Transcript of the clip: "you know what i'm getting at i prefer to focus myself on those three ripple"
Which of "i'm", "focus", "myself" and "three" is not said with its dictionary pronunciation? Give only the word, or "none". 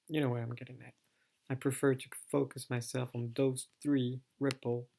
none